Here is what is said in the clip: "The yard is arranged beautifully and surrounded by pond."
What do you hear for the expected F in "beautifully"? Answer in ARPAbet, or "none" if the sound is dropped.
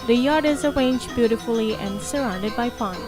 F